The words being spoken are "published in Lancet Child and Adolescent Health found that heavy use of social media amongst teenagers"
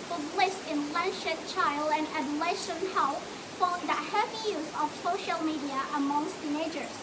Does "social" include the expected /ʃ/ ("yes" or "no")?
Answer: yes